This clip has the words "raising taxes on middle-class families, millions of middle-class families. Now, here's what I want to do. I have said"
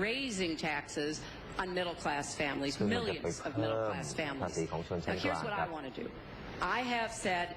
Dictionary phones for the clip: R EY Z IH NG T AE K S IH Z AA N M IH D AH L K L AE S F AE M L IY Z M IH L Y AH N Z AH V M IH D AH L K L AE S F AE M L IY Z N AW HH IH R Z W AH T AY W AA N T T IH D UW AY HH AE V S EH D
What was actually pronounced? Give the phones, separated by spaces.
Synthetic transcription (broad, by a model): R EY Z IH NG T AE K S IH Z N M IH D L K L AE S F AE M L IY Z M IH L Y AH N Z AH V M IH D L K L AE S F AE M L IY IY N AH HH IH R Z W AH T AY W AA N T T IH D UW AY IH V S EH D